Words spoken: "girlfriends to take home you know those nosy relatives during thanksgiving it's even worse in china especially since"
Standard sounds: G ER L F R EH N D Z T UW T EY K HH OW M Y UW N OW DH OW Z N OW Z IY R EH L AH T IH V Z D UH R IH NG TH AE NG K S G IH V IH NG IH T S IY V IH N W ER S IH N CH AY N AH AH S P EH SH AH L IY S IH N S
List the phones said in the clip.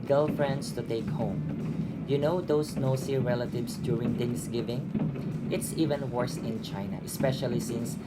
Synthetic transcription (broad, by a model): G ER L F R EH N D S T UW T EY K HH OW M Y UW N OW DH OW S N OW S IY R EH L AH T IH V S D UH R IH NG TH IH NG S G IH V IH NG IH T S IY V IH N W ER S IH N CH AY N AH AH S P EH SH AH L IY S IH N S